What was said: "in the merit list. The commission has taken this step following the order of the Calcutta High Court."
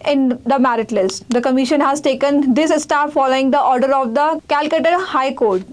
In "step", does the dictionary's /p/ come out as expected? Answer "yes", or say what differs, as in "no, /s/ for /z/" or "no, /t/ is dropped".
no, /f/ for /p/